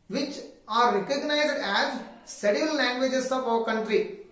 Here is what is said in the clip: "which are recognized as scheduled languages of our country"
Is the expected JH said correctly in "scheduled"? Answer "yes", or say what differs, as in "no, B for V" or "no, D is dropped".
no, JH is dropped